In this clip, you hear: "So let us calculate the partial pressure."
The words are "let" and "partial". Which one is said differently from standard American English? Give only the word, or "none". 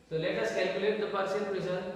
partial